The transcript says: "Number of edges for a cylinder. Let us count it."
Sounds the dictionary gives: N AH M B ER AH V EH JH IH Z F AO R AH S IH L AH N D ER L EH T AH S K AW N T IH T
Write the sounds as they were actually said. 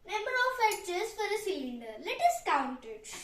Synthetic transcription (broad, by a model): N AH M B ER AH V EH CH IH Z F AO R AH S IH L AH N D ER L EH T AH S K AW N T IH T